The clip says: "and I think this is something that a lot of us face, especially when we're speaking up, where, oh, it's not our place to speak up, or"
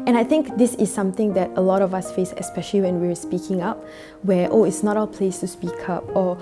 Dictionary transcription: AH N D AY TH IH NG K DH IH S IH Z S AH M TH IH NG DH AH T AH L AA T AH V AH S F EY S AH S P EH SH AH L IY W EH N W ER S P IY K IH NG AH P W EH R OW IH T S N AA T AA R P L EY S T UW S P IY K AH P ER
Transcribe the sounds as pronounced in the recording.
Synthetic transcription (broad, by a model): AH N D AY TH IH NG K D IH S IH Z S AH M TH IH NG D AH T AH L AA T AH V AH S F EY S AH S P EH SH AH L IY W EH N W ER S P IY K IH NG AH P W EH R OW IH T S N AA T AA L P L EY S T UW S P IY K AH P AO